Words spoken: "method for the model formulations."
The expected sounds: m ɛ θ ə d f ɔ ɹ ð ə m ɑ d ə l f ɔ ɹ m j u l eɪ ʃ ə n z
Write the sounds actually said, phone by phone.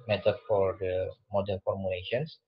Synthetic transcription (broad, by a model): m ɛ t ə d f ɔ ɹ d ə m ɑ d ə n f ɔ ɹ m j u l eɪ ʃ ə n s